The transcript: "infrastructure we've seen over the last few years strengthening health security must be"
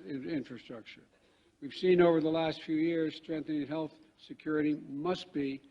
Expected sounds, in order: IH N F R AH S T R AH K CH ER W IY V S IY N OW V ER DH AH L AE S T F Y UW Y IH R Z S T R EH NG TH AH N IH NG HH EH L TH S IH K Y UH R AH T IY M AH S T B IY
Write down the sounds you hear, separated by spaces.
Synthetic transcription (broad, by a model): IH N F R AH S T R AH K CH ER W IY V S IY N OW V ER DH AH L AE S T F Y UW Y IH R Z S T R EH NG TH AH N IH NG HH EH L TH S IH K Y UH R AH T IY M AH S T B IY